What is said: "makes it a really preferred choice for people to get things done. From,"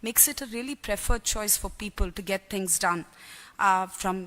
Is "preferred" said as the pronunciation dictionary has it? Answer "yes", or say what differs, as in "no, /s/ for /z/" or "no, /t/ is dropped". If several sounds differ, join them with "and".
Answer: yes